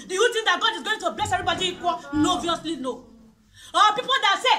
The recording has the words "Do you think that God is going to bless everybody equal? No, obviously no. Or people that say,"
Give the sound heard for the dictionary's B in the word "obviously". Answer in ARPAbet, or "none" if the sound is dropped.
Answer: none